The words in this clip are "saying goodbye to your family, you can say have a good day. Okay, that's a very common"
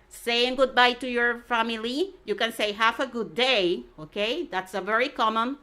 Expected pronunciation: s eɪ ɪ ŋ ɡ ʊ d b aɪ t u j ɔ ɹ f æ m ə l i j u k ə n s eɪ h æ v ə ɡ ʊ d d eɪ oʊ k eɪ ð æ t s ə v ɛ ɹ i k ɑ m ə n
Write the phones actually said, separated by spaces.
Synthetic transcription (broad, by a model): s eɪ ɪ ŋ ɡ ʊ d b aɪ t u j ɔ ɹ f æ m ə l i j u k ə n s eɪ h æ f ə ɡ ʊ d d eɪ oʊ k eɪ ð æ t s ə v ɛ ɹ i k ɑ m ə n